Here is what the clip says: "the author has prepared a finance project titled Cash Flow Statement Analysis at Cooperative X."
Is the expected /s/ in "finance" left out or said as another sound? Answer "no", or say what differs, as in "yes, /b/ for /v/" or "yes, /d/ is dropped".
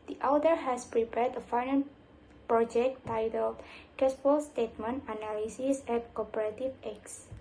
yes, /s/ is dropped